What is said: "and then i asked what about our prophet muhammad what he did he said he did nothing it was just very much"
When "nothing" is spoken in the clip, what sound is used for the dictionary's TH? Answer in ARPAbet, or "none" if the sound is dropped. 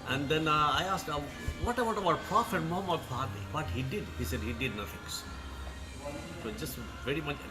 F